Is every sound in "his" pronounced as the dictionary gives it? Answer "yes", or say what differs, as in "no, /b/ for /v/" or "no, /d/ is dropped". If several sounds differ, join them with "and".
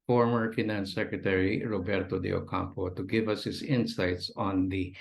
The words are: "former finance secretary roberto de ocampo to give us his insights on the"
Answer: no, /s/ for /z/